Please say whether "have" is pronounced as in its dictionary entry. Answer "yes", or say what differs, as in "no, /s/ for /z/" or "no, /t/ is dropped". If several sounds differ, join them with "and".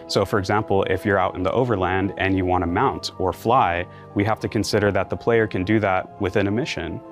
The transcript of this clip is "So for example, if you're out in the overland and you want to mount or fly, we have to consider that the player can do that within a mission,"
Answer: no, /f/ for /v/